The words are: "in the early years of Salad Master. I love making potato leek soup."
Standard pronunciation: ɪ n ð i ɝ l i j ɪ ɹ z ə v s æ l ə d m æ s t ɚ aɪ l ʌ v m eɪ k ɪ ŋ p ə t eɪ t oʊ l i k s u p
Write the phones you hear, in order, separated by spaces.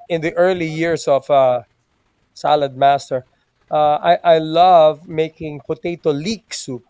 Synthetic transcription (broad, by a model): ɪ n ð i ɝ l i j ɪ ɹ s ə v s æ l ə d m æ s t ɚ aɪ l ʌ v m eɪ k ɪ ŋ p ə t eɪ t oʊ l i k s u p